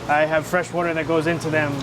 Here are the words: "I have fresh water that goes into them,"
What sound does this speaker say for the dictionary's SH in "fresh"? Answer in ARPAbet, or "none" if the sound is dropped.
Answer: SH